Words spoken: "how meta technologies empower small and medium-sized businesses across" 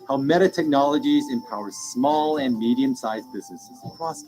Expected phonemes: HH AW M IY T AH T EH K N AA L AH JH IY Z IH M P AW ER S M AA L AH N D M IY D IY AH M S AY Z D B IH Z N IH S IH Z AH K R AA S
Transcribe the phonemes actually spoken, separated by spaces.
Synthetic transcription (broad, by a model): HH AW M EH T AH T EH K N AA L AH JH IY Z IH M P AW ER S M AA L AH N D M IY D IY AH M S AY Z B IH Z N IH S IH Z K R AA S